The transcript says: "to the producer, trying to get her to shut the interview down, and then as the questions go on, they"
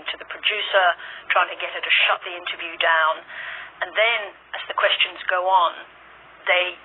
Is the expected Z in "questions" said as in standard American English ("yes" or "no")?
yes